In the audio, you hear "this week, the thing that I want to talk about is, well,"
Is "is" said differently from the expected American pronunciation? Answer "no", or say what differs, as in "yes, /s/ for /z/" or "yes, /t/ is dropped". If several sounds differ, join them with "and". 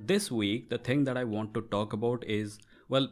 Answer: no